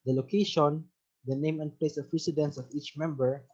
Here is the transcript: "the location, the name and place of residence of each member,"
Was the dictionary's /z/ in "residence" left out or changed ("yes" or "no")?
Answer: yes